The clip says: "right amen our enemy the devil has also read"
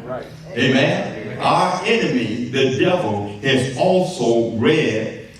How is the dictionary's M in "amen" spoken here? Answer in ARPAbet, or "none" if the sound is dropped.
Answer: M